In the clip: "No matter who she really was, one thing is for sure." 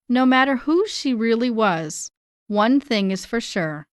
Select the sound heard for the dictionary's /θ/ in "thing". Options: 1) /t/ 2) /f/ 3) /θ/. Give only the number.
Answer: 3